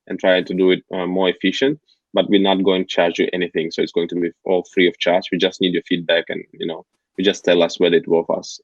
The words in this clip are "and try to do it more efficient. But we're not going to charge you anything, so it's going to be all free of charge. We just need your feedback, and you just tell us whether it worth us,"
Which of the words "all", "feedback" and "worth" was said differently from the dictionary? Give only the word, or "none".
worth